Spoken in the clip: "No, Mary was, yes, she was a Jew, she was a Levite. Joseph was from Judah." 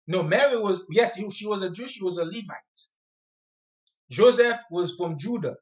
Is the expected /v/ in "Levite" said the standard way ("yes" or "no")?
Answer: yes